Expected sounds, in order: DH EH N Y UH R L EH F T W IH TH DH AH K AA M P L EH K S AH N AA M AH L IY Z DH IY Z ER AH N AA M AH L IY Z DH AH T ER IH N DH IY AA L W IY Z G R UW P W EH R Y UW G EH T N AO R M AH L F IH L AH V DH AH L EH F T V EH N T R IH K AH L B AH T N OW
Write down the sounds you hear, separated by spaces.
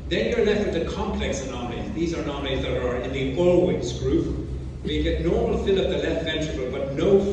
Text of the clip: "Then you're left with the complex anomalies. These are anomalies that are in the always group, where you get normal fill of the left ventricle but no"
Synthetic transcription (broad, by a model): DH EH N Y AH R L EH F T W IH DH AH K AA M P L EH K S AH N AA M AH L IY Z DH IY Z ER N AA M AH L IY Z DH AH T ER IH N DH IY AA L W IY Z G R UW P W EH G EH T N AO R M AH L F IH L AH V DH AH L EH F T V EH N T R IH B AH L B AH T N OW